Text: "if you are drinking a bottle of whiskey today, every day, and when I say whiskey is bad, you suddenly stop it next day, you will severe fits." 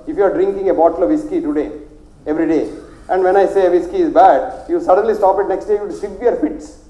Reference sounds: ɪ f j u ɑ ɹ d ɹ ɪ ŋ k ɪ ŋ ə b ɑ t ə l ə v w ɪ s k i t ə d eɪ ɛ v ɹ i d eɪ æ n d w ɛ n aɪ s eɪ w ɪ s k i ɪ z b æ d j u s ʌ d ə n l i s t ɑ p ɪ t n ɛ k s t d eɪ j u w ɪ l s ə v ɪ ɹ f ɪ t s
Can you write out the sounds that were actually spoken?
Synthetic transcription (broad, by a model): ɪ f j u ɑ ɹ d ɹ ɪ ŋ k ɪ ŋ ə b ɑ t ə l ə v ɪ s k i t ə d eɪ ɛ v ɹ i d eɪ æ n d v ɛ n aɪ s eɪ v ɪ s k i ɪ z b æ d j u s ʌ d ə n l i s t ɑ p ɪ t n ɛ k s t d eɪ j u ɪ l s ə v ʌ ɹ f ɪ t s